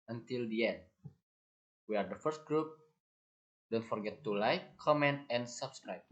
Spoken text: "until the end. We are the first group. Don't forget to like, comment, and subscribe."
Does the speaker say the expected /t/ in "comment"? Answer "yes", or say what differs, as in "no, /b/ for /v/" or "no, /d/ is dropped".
yes